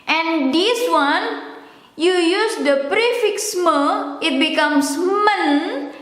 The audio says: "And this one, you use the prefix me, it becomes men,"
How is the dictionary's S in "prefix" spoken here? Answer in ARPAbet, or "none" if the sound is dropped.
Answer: S